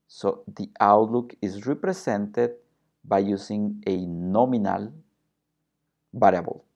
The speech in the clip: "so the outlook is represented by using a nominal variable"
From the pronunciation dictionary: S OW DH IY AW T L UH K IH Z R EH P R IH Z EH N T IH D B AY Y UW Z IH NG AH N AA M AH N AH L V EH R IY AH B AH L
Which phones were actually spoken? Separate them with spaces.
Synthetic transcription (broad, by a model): S OW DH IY AW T L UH K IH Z R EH P R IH S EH N T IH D B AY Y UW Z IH NG AH N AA M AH N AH L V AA R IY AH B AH L